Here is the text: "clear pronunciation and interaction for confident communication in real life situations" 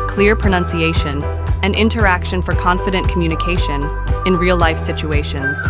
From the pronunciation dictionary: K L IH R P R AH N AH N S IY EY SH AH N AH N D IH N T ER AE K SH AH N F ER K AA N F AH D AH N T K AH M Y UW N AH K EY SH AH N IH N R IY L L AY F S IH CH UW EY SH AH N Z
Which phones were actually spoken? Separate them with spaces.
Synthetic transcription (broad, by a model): K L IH R P R AH N AH N S IY EY SH AH N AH N IH N T ER AE K SH AH N F ER K AA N F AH D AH N K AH M Y UW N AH K EY SH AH N IH N R IY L L AY F S IH CH UW EY SH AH N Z